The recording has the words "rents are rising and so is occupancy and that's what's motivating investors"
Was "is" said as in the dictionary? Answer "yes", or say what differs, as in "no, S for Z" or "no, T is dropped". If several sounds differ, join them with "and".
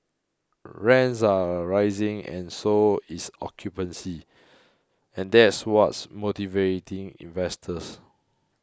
no, S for Z